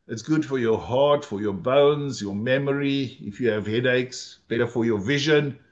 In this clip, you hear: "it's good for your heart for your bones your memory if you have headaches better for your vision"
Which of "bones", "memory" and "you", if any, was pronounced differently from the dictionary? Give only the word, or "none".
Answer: none